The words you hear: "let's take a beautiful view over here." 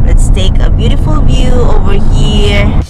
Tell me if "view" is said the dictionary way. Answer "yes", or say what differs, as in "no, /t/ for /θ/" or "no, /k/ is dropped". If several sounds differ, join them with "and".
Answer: yes